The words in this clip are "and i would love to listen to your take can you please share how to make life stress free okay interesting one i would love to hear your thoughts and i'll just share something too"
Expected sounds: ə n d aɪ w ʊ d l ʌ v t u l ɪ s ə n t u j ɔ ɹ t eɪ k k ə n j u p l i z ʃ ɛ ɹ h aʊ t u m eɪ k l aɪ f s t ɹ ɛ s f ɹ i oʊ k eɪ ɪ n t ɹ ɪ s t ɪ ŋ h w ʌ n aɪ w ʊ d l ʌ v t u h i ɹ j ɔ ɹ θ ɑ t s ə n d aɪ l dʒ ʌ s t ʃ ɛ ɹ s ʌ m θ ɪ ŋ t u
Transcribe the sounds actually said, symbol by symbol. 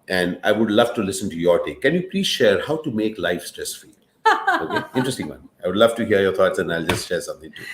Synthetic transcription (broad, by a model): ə n d aɪ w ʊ d l ʌ v t u l ɪ s ə n t u j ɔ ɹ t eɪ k k ə n j u p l i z ʃ ɛ ɹ h aʊ t u m eɪ k l aɪ f s t ɹ ɛ s f i oʊ k eɪ ɪ n t ɹ ɪ s t ɪ ŋ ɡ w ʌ n aɪ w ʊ d l ʌ v t u h i ɹ j ɔ ɹ t ɑ t s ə n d aɪ l dʒ ʌ s t ʃ ɛ ɹ s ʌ m t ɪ ŋ t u